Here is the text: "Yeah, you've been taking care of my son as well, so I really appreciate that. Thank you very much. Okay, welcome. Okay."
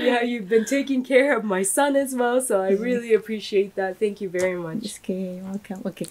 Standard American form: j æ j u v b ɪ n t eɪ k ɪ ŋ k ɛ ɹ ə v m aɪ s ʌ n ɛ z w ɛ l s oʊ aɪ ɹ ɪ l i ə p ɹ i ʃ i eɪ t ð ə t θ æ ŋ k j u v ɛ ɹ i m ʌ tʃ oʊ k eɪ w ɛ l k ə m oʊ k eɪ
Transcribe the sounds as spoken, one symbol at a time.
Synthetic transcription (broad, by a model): j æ j u v b ɪ n t eɪ k ɪ ŋ k ɛ ɹ ə v m aɪ s ʌ n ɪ z w ɛ l s oʊ aɪ ɹ ɪ l i ə p ɹ i ʃ i eɪ t ð ə t θ æ ŋ k j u v ɛ ɹ i m ʌ tʃ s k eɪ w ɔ k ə oʊ k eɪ